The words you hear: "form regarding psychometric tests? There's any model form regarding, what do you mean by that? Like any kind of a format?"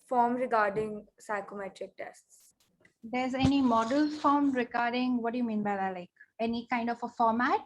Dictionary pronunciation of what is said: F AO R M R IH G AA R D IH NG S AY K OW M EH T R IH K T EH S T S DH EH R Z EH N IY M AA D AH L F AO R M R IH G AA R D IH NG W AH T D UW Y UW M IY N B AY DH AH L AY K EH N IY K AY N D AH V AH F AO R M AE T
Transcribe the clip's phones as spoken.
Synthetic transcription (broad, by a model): F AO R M R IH G AA R D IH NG S AY K OW M EH T R IH K T EH S T S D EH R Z EH N IY M AA D AH L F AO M R IH G AA R D IH NG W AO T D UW Y UW M IY N B AY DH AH L AY K EH N IY K AY N D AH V AH F AO R M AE T